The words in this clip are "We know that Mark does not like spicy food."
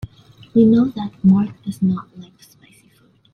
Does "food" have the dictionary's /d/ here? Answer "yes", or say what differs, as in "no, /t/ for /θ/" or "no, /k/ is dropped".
no, /d/ is dropped